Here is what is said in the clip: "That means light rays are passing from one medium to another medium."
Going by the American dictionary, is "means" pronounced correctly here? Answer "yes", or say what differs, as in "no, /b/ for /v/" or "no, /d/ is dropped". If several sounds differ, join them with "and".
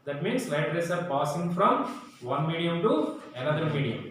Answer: no, /s/ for /z/